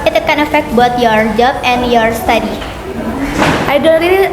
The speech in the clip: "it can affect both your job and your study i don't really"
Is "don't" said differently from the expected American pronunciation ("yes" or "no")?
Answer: yes